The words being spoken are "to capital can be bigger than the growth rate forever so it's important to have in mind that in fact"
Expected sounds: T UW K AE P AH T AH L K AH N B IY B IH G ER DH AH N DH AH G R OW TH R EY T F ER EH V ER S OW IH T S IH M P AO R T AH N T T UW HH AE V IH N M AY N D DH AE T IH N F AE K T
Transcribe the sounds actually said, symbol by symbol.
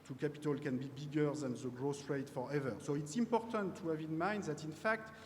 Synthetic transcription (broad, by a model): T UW K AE P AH T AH L K AH N B IY B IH G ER DH AH N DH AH G R OW S R EY T F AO EH V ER S OW IH T S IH M P AO R T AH N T T UW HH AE V IH N M AY N D DH AE T IH N F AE K T